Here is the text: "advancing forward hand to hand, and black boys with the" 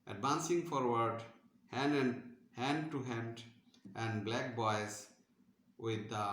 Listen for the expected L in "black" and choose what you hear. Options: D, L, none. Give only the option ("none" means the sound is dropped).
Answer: L